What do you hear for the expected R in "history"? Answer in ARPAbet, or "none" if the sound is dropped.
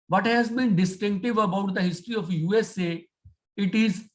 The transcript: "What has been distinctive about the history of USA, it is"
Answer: R